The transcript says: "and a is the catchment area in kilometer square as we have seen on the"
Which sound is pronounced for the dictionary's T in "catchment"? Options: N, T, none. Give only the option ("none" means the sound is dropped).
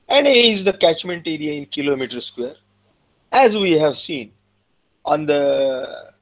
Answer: T